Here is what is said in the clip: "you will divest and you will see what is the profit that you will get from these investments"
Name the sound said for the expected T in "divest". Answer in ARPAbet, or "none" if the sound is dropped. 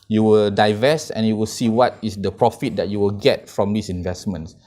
none